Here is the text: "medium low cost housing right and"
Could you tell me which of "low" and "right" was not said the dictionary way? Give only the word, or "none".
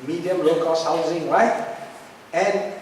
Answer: right